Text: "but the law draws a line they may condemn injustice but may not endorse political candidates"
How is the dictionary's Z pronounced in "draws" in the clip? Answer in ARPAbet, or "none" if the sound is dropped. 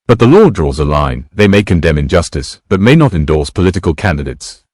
Z